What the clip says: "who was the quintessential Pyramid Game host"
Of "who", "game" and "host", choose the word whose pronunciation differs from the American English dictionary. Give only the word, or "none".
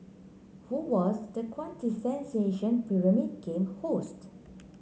none